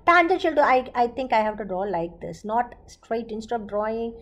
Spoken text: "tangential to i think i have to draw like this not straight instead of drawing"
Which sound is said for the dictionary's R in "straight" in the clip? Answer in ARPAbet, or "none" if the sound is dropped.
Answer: R